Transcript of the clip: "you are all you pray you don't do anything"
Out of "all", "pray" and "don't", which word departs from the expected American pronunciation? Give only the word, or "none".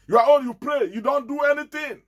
all